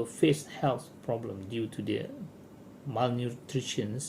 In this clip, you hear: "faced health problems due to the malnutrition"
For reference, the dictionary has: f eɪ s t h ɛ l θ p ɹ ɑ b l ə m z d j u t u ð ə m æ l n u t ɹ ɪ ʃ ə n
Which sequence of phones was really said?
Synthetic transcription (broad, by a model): f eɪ s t h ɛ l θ p ɹ ɑ b l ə m d j u t u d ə m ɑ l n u t ɹ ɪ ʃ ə n